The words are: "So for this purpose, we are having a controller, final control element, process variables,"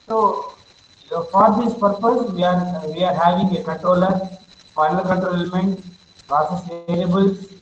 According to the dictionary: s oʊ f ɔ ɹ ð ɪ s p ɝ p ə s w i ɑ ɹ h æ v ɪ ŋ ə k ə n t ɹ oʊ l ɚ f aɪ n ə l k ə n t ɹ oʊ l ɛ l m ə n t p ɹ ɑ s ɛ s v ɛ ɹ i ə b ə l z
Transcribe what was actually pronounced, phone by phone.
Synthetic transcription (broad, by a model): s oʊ f ɔ ɹ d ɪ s p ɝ p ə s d i ɑ ɹ h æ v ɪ ŋ ə k ə n t ɹ oʊ l ɚ f aɪ n ə l k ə l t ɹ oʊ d ɛ l m ə n t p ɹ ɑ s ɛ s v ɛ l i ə b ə l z